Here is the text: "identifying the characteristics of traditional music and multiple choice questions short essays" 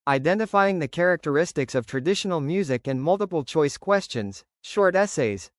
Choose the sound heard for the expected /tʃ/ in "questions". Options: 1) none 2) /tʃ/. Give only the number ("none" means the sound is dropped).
2